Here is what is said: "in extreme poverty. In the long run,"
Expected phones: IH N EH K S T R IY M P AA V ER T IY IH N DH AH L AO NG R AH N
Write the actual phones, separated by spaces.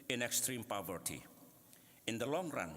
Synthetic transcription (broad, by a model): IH N EH K S T R IY M P AA V ER T IY IH N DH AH L AO NG R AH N